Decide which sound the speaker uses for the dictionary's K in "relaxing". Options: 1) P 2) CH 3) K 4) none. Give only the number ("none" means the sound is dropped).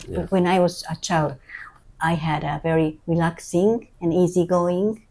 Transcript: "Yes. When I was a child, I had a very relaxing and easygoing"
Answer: 3